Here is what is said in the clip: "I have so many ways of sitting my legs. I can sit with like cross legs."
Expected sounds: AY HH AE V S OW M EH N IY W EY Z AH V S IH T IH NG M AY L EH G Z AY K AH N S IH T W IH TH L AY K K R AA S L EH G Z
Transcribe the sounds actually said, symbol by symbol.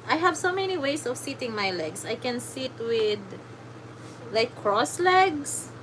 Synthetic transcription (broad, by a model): AY HH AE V S OW M EH N IY W EY S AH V S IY T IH NG M AY L EH G S AY K AH N S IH T W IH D L AY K K R AA S L EH G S